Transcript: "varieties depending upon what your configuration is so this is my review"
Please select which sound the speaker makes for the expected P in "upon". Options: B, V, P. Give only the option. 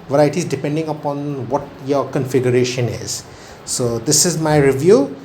P